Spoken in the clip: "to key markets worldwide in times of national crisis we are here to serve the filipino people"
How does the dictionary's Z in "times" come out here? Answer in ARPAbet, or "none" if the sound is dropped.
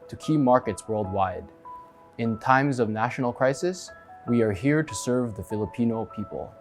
Z